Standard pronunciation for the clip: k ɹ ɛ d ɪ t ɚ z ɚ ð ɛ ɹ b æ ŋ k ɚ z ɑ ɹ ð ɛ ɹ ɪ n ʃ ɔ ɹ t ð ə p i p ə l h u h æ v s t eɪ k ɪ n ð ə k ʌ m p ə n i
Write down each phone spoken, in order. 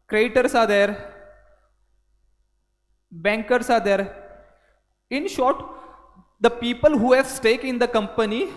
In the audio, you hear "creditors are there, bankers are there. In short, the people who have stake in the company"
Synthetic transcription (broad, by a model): k ɹ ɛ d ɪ t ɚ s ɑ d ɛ ɹ b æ ŋ k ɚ s ɑ ɹ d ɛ ɹ ɪ n ʃ ɔ ɹ t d ə p i p ə l h u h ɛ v s t eɪ k ɪ n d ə k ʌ m p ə n i